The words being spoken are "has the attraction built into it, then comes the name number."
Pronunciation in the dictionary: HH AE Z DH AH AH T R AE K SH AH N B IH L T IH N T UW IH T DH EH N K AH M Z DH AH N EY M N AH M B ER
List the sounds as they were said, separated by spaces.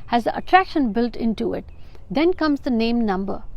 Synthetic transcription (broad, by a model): HH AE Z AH AH T R AE K SH AH N B IH L T IH N T UW IH T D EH N K AH M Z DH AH N EY M N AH M B ER